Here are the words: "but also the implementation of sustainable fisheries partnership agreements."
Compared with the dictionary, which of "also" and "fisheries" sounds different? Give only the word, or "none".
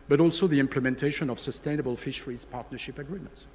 none